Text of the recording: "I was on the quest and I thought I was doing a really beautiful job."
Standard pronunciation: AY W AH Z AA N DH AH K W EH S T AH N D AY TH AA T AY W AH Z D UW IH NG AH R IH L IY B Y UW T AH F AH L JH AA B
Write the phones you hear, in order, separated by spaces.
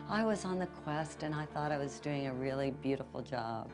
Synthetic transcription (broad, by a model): AY W AH Z N DH AH K W EH S T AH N AY TH AA T AY W AH Z D UW IH NG AH R IH L IY B Y UW T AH F L JH AA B